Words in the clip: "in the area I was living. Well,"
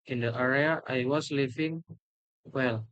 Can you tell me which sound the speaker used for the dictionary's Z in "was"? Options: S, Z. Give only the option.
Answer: S